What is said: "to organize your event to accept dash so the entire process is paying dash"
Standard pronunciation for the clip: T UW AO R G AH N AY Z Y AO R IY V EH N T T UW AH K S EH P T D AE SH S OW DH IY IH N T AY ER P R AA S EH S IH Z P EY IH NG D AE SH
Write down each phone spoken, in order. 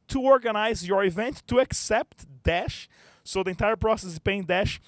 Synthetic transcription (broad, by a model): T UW AO R G AH N AY Z Y AO R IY V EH N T T UW AH K S EH P T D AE SH S OW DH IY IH N T AY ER P R AA S EH S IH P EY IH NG D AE SH